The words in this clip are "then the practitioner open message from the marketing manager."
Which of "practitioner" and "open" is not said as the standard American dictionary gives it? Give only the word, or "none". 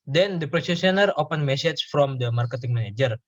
practitioner